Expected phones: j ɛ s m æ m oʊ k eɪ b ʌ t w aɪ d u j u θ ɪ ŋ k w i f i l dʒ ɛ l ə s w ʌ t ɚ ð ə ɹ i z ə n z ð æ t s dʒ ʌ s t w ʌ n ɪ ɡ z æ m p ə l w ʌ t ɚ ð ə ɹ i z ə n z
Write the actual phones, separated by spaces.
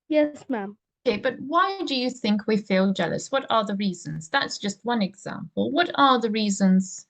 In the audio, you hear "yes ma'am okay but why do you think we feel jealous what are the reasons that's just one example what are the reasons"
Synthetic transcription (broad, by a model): j ɛ s m æ m oʊ k eɪ b ʌ t w aɪ d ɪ j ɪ θ ɪ ŋ k w i f i l dʒ ɛ l ə s w ʌ t ɚ ð ə ɹ i z ə n z ð æ t s dʒ ʌ s t w ʌ n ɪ ɡ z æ m p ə l w ʌ t ɚ ð ə ɹ i z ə n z